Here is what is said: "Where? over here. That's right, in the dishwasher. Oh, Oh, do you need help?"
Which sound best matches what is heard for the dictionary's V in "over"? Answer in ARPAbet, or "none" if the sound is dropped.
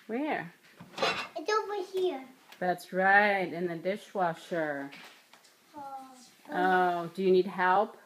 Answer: W